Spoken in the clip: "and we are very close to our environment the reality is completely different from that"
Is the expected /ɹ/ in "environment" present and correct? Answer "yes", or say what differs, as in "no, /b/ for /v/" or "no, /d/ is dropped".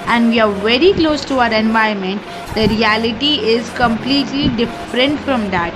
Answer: no, /ɹ/ is dropped